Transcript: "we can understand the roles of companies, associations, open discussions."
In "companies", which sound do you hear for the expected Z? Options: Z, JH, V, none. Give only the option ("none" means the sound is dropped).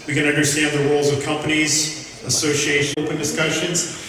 Z